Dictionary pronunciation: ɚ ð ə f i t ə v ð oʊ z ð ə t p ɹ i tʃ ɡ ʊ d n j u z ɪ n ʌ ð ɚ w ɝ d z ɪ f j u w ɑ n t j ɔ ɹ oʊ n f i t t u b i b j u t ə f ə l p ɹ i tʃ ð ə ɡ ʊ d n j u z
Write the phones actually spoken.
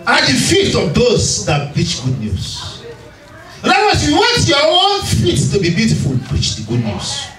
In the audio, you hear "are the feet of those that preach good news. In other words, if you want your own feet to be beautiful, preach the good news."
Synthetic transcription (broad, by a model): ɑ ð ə f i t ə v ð oʊ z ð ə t p ɹ i tʃ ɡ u d n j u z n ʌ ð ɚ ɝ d ɪ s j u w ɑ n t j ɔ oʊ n f i t t u b i b j u t ə f ə l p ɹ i tʃ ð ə ɡ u d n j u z